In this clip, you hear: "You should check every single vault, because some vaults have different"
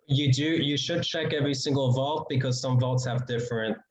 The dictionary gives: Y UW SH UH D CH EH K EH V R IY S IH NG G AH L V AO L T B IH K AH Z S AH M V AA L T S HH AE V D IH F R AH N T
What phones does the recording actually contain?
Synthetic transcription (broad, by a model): Y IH SH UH D CH EH K EH V R IY S IH NG G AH L V AO L T B IH K AH Z S AH M V AA L T S HH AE V D IH F R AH N T